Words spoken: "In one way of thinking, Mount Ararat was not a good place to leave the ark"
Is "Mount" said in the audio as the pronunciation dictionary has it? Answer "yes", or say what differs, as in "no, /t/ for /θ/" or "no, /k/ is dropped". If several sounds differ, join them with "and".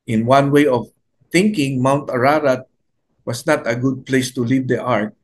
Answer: yes